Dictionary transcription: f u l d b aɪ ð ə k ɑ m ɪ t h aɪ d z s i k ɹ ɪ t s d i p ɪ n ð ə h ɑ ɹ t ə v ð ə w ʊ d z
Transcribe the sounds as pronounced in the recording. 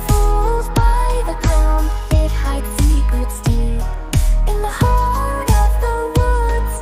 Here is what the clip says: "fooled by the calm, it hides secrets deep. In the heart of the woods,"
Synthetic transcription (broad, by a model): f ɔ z b aɪ ð ə k ɑ m ɪ t h aɪ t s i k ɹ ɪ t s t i ɪ n ð ə h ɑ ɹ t ə v ð ə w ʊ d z